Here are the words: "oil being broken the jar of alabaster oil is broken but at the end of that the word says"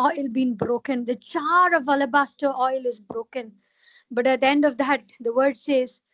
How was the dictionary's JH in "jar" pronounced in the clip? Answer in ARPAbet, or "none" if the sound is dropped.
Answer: CH